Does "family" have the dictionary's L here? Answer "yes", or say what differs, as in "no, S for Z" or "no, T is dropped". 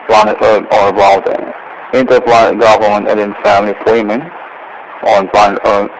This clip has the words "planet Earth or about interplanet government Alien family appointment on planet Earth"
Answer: yes